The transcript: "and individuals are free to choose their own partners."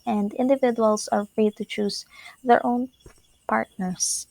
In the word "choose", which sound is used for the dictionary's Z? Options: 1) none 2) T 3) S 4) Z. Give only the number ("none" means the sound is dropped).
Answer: 3